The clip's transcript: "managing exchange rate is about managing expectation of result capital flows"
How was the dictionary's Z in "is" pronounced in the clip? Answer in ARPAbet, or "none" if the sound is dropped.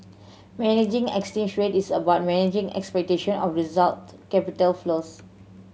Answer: S